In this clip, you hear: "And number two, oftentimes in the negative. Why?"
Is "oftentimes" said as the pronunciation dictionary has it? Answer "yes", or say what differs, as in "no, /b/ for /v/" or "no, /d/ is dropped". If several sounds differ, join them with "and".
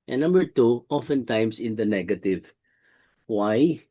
no, /s/ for /z/